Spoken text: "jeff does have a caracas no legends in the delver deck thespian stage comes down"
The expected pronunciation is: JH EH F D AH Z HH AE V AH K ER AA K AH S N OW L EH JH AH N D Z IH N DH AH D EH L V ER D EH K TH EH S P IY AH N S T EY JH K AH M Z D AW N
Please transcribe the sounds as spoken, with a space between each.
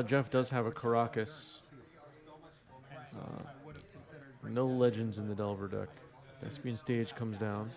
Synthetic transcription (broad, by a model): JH EH F D AH Z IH V AH K ER AA K AH S N OW L EH JH AH N D Z IH N DH AH D EH L V ER D EH K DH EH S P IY N S T EY JH K AH M Z D AW N